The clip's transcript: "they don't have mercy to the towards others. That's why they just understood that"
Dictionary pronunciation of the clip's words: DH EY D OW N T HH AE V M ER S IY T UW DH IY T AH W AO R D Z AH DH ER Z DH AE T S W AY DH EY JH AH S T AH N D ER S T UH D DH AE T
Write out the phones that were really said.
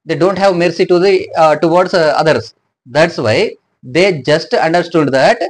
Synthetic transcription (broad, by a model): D EY D OW N T HH AE V M ER S IY T UW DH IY T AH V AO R D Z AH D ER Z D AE T S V AY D EY JH AH S T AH N D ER S T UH D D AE T